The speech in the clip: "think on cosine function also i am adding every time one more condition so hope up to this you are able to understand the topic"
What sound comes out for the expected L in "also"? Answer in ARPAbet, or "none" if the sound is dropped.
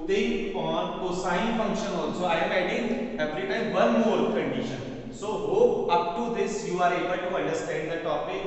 N